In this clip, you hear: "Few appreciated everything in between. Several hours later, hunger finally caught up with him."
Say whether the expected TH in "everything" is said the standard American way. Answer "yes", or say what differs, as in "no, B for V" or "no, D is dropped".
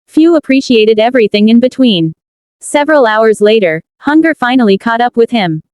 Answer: yes